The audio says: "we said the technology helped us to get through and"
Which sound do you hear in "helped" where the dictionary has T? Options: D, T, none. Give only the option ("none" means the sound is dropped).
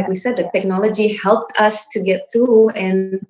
T